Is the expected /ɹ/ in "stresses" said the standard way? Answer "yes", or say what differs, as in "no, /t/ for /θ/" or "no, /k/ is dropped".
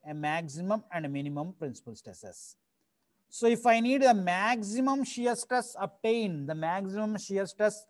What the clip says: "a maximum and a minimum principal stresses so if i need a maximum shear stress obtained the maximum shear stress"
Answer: no, /ɹ/ is dropped